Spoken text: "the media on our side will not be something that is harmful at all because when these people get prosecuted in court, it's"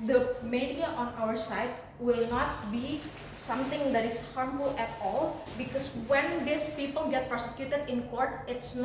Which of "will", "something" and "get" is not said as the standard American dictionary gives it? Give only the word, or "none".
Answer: something